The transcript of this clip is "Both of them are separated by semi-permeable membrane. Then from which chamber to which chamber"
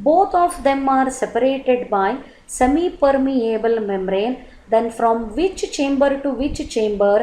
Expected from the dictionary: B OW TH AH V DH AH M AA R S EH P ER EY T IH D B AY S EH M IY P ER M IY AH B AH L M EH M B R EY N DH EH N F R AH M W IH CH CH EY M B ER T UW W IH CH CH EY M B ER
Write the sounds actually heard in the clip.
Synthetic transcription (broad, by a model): B OW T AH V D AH M AA R S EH P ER EY T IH D B AY S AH M IY P ER M IY AH B AH L M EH M R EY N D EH N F R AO M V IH CH CH EY M B ER T UW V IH CH CH EY M B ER